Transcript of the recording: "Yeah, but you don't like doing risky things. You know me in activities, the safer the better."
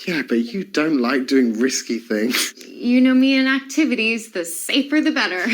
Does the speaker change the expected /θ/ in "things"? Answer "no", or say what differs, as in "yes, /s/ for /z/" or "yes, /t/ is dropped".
no